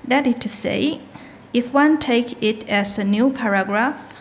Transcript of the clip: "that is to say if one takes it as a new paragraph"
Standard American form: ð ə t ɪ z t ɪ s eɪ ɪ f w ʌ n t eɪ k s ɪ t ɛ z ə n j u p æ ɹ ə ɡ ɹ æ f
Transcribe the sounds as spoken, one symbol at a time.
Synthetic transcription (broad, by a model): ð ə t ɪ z t ɪ s eɪ ɪ f w ʌ n t eɪ k ɪ t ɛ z ə n j u p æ ɹ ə ɡ ɹ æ f